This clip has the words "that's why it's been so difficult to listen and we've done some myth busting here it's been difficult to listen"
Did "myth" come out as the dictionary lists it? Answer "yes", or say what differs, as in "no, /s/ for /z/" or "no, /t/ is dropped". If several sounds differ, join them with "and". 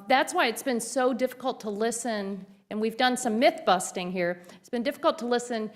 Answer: yes